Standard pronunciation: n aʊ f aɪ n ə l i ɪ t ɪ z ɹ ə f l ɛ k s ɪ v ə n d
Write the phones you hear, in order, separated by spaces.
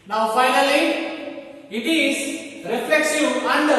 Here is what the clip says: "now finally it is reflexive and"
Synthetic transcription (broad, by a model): n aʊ f aɪ n ə l i ɪ t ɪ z ɹ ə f l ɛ k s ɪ ə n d